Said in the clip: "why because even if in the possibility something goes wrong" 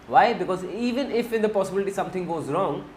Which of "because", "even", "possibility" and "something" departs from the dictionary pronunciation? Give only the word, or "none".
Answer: something